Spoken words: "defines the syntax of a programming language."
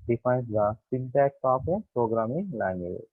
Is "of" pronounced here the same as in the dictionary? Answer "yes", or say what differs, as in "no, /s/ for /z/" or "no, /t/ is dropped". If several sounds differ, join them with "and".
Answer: no, /p/ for /v/